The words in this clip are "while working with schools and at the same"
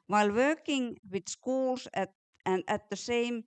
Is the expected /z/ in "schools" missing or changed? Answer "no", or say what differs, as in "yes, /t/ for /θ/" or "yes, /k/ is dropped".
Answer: yes, /s/ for /z/